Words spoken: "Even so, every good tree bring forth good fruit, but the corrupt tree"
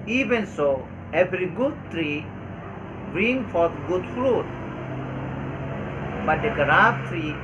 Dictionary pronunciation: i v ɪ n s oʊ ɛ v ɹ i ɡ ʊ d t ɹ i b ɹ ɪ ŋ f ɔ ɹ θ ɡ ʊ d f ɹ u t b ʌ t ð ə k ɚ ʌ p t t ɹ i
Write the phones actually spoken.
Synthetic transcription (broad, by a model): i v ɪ n s oʊ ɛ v ɹ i ɡ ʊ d t ɹ i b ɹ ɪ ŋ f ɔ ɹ t ɡ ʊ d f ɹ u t b ʌ t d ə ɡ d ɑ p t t ɹ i